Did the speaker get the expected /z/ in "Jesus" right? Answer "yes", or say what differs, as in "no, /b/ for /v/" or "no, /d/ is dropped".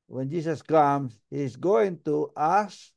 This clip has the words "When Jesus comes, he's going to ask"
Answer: no, /s/ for /z/